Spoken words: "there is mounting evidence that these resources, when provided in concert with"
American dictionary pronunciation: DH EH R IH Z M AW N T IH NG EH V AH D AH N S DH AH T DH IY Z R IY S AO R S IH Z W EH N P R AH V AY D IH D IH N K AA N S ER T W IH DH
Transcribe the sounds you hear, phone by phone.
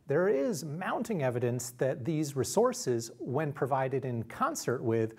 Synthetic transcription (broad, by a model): DH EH R IH Z M AW N T IH NG EH V AH D AH N S DH AH T DH IY Z R IY S AO R S IH Z W EH N P R AH V AY D IH D IH N K AA N S ER T W IH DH